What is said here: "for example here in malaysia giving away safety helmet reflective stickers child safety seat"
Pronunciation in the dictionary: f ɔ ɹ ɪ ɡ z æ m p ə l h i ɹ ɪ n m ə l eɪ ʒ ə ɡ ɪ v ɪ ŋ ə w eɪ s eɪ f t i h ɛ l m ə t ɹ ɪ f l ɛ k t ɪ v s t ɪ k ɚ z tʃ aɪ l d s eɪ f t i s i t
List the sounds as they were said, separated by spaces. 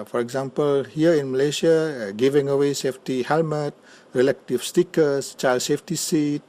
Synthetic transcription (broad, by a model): f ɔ ɹ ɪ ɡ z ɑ m p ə l h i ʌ ɪ n m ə l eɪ ʃ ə ɡ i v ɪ ŋ ə w eɪ s eɪ f t i h ɛ l m ə t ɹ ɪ l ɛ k t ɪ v s t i k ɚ s tʃ aɪ l d s eɪ f t i s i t